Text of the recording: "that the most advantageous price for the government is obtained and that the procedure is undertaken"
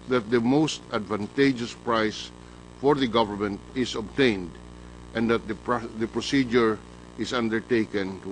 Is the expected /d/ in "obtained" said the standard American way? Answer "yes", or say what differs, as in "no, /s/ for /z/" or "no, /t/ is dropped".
yes